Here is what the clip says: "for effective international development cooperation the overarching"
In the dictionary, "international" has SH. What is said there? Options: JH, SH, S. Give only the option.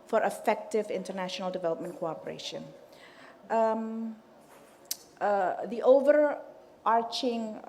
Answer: SH